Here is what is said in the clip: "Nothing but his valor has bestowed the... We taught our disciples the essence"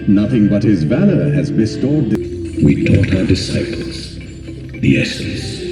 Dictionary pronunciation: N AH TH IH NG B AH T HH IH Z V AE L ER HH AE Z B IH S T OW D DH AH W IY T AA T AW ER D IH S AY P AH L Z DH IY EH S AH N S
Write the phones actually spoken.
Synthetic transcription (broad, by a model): N AH TH IH NG B AH T HH IH Z V AE L ER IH Z B IH S T OW D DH W IY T AA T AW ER D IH S AY P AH L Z DH IY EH S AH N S